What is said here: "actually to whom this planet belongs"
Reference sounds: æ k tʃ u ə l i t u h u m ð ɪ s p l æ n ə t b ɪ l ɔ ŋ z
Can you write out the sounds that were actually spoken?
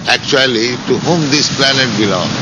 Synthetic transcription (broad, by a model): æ k tʃ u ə l i t u h u m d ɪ s p l æ n ə t b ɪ l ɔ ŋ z